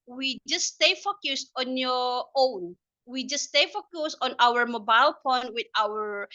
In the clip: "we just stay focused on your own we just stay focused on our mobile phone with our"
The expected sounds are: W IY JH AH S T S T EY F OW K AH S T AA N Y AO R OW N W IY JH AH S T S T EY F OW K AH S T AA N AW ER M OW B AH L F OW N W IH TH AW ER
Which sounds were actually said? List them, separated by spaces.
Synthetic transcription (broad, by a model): W IY JH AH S S T EY F OW K AH S T AA N Y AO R OW N W IY JH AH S S T EY F OW K AH S T AA N AW ER M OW B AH L P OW N W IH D AW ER